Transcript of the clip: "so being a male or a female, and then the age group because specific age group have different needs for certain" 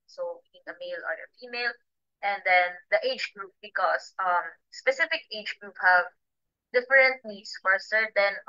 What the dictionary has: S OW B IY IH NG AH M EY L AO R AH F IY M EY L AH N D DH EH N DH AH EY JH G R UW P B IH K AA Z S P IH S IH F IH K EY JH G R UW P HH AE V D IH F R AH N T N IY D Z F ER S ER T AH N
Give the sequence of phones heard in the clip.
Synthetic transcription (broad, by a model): S OW B IY IH NG AH M EY L AO R AH F IY M EY L AH N D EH N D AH EY JH G R UW P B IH K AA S S P IH S IH F IH K EY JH G R UW P HH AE V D IH F R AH N T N IY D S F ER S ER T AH N